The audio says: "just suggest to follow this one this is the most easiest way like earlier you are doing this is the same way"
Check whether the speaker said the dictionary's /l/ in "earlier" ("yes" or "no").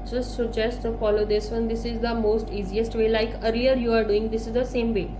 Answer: no